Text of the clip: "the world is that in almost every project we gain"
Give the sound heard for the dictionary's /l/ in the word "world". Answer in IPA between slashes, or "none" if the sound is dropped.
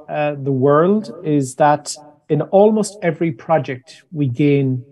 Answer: /l/